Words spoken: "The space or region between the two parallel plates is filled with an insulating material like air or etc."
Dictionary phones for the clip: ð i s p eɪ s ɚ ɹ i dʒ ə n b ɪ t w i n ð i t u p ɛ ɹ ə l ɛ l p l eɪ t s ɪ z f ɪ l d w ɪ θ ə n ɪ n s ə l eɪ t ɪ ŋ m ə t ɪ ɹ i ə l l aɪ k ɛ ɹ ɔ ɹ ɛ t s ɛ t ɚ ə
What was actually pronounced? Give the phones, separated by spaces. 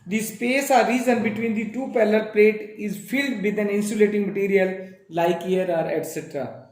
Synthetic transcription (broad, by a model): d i s p eɪ s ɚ ɹ i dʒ ə n b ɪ t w i n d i t u p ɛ l ə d p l eɪ t ɪ z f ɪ l d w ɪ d ə n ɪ n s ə l eɪ t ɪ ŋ m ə t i ɹ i ə l l aɪ k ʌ ɹ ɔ ɹ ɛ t s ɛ t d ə